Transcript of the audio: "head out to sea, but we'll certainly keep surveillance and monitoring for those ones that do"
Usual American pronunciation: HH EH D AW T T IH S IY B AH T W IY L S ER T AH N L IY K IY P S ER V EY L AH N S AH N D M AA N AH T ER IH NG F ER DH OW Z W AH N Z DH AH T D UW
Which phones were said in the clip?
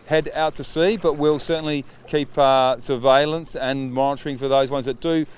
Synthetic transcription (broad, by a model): HH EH D AW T T IH S IY B AH T W IY L S ER T N L IY K IY P S ER V EY L AH N S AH N M AA N AH T ER IH NG F ER DH OW Z W AH N Z DH AH T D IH